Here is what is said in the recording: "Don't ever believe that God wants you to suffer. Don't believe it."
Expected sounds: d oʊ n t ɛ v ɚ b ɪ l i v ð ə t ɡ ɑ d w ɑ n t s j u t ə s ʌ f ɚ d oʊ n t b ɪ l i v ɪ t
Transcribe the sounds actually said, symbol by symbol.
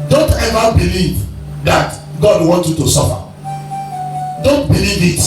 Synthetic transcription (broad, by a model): d oʊ n t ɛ v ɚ b ɪ l i v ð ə t ɡ ɑ d w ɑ n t j u t ə s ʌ f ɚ d oʊ n t b ɪ l i v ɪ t